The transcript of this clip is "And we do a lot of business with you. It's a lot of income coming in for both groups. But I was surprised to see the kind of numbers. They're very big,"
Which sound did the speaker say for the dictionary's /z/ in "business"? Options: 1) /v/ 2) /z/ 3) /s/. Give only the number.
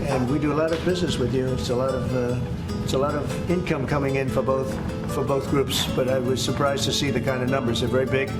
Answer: 2